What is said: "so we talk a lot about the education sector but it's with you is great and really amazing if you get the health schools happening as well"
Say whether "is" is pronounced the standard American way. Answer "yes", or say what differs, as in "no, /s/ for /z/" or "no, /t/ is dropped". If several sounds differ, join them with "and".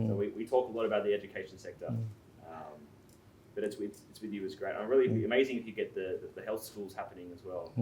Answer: yes